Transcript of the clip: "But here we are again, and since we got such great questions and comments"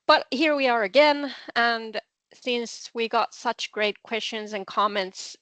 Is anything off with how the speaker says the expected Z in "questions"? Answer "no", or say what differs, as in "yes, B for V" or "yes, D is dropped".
no